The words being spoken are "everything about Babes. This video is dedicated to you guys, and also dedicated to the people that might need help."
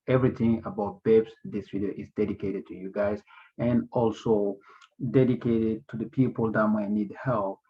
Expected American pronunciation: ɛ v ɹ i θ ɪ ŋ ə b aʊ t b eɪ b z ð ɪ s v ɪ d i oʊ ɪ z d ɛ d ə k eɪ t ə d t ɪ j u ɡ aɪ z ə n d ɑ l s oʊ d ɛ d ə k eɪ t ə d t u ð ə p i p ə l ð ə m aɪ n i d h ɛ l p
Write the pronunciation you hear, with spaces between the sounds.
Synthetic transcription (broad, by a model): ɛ v ɹ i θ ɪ ŋ ə b aʊ t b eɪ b s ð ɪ s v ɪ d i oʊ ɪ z d ɛ d ə k eɪ t ə d t ɪ j u ɡ aɪ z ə n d ɑ l s oʊ d ɛ d ə k eɪ t ə d t u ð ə p i p ə l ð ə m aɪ n i d h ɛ l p